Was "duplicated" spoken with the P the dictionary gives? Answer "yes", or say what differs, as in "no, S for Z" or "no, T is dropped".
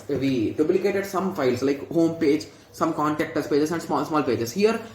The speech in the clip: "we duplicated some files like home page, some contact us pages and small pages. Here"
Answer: no, B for P